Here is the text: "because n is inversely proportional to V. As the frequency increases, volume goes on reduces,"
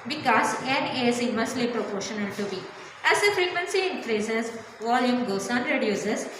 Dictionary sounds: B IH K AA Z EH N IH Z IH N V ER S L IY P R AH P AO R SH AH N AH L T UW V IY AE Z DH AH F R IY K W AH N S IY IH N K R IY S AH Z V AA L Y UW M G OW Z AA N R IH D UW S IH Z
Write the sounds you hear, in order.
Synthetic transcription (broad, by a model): B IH K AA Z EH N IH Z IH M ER S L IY P R AH P AO R SH AH N AH L T UW B IY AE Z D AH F R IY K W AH N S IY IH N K R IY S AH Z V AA L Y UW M G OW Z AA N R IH D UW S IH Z